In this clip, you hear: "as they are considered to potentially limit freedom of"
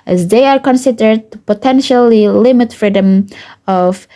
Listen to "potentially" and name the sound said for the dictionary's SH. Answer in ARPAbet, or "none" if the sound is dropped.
SH